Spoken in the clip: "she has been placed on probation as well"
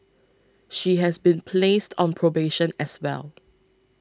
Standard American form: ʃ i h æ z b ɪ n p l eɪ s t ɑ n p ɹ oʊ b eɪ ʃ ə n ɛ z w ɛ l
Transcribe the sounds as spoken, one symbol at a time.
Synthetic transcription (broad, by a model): ʃ i h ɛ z b ɪ n p l eɪ s t ɑ n p ɹ oʊ b eɪ ʃ ə n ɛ s w ɛ l